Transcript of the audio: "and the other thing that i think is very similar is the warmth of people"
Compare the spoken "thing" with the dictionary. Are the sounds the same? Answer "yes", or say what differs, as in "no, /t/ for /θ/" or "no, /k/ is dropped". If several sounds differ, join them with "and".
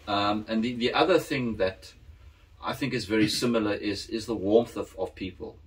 yes